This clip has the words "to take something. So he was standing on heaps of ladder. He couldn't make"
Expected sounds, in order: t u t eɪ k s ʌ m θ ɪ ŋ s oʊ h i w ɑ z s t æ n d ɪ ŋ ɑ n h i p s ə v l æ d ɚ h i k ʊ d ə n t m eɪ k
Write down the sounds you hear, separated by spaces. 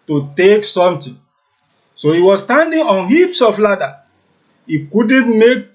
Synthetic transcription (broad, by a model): t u t eɪ k s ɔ m t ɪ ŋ s oʊ h i w ɑ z s t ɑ n d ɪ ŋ ɑ n h i p s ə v l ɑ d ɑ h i k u d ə n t m eɪ k